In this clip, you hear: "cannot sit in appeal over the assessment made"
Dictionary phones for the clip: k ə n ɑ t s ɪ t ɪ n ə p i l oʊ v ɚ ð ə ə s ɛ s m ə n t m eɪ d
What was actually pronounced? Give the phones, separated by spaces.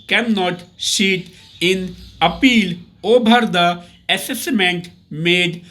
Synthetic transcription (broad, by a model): k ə n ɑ t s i t ɪ n ə p i l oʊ b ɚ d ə ə s ɛ s m ə n t m eɪ d